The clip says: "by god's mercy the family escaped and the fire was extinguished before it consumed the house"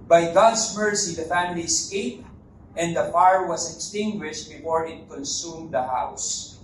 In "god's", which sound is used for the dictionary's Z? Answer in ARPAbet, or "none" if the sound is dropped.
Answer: S